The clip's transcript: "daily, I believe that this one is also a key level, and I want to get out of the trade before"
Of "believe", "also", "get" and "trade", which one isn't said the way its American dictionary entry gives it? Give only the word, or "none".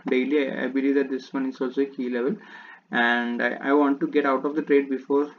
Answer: none